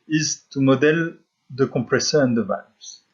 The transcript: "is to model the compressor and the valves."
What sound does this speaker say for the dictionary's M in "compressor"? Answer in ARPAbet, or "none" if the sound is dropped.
none